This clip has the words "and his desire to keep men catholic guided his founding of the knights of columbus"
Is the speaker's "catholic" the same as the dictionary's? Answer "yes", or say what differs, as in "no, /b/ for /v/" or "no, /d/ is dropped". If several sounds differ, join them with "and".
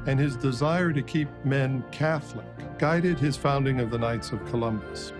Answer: yes